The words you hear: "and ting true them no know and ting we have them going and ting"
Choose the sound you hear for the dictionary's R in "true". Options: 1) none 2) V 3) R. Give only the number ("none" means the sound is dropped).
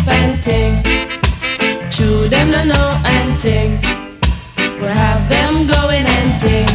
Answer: 1